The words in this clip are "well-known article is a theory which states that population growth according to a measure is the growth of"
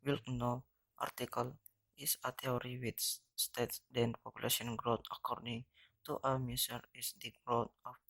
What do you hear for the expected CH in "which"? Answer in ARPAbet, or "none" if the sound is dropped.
S